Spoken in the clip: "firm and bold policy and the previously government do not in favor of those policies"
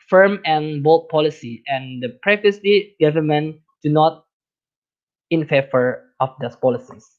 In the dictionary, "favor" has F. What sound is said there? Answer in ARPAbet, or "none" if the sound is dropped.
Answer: F